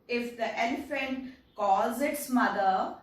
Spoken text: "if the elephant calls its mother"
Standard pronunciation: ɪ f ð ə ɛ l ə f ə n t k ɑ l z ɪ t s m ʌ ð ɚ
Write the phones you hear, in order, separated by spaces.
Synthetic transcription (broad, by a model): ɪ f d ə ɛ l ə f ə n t k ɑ z ɪ t s m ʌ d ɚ